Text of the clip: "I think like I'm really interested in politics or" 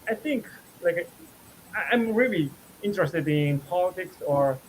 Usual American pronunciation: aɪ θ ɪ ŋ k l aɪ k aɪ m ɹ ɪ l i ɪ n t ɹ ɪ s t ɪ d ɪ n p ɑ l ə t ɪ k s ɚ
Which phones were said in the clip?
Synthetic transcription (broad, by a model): aɪ θ ɪ ŋ k l aɪ k aɪ m ɹ ɪ l i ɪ n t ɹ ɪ s t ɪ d ɪ n p ɑ l ə t ɪ k s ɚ